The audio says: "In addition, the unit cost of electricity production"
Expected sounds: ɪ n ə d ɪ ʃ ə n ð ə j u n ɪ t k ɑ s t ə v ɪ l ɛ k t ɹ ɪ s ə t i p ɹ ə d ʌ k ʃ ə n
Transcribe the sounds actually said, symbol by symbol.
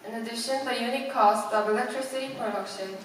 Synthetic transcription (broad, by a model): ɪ n ə d ɪ ʃ ə n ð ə j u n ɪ k ɑ s t ə v ɪ l ɛ k t ɹ ɪ s ə t i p ɹ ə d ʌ k ʃ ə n